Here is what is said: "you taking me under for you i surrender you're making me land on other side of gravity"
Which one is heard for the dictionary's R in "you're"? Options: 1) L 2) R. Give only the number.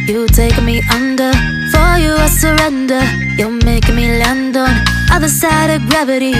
1